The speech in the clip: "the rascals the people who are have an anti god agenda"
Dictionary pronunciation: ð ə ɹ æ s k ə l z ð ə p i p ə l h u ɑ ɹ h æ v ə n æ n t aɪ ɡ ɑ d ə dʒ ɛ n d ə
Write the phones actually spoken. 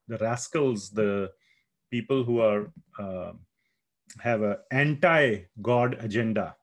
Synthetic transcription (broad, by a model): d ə ɹ æ s k ə l z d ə p i p ə l h u ɑ ɹ h æ v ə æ n t aɪ ɡ ɑ d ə dʒ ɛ n d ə